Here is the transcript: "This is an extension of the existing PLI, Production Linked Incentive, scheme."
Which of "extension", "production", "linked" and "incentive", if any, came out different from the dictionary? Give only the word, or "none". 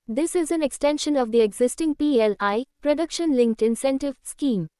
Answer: none